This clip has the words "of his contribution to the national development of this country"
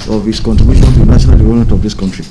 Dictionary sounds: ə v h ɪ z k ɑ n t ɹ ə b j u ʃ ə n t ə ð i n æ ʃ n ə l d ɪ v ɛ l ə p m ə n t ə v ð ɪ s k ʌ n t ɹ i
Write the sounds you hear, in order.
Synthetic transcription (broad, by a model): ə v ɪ s k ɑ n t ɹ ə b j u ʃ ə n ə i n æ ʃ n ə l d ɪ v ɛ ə m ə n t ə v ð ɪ s k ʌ n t ɹ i